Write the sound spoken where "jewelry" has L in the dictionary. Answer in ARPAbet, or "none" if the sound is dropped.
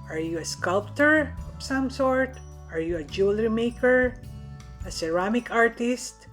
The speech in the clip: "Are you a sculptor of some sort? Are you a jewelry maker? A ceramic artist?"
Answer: L